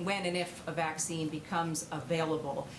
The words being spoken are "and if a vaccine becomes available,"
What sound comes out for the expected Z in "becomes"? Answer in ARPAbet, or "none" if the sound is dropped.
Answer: Z